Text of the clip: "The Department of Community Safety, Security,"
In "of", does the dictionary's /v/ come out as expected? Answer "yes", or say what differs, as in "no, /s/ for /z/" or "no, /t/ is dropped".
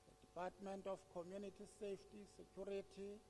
no, /f/ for /v/